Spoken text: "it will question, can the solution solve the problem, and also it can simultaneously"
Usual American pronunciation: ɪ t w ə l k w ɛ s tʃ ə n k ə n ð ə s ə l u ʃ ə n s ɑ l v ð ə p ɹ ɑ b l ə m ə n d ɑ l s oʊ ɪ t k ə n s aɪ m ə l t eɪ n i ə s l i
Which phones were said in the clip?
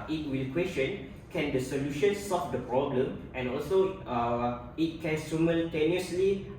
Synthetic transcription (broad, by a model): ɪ t w ə l k w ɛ s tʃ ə n k ə n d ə s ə l u ʃ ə n s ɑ l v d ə p ɹ ɑ b l ə m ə n ɑ l s oʊ ɪ t k ə n s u m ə l t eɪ n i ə s l i